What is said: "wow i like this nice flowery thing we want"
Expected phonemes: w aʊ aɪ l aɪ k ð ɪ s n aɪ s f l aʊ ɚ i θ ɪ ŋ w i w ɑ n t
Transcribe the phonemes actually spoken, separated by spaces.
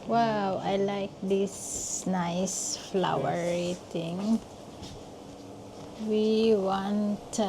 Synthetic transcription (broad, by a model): w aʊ aɪ l aɪ k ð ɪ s n aɪ s f l aʊ ɚ i t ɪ ŋ w i w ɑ n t